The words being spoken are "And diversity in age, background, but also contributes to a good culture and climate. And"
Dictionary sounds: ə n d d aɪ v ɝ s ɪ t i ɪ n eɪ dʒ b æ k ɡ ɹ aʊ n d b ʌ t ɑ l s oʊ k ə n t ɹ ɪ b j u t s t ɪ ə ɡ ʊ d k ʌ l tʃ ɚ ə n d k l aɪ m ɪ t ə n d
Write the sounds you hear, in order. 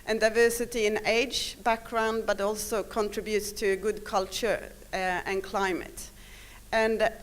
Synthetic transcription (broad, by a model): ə n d d aɪ v ɝ s ɪ t i ɪ n eɪ dʒ b æ k ɡ ɹ aʊ n d b ʌ t ɑ l s oʊ k ə n t ɹ ɪ b j u t s t ɪ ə ɡ ʊ d k ʌ l tʃ ɚ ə n k l aɪ m ɪ t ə n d